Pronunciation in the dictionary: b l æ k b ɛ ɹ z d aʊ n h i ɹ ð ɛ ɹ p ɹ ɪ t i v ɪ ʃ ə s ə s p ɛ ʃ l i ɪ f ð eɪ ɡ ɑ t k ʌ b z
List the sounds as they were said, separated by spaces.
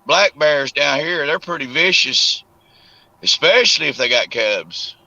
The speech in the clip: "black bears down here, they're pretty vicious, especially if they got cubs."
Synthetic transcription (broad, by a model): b l æ k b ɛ ɹ z d aʊ n h i ɹ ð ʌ ɹ p ɹ ɪ t i v ɪ ʃ ə s ə s p ɛ ʃ l i ɪ f ð eɪ ɡ ɑ t k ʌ b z